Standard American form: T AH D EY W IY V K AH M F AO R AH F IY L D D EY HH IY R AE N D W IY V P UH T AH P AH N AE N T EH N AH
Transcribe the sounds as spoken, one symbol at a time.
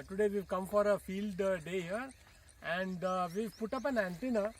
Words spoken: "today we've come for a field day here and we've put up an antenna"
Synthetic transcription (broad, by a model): T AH D EY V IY V K AH M F AO R AH F IY L D D EY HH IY R AE N D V IY V P UH T AH P AH N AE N T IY N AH